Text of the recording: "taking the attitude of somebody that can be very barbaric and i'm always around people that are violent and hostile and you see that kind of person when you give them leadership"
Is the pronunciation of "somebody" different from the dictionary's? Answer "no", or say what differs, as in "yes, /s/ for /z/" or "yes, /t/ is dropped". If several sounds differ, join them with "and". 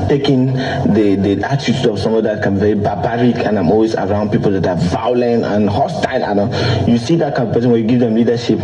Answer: yes, /b/ is dropped